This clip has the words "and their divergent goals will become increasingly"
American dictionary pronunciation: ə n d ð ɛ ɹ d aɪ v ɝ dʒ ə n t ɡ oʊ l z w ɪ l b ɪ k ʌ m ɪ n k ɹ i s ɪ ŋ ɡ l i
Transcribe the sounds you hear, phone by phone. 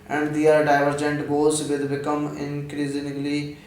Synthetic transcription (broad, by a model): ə n d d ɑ ɹ d aɪ v ɝ dʒ ə n t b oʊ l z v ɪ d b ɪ k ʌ m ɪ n k ɹ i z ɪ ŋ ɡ l i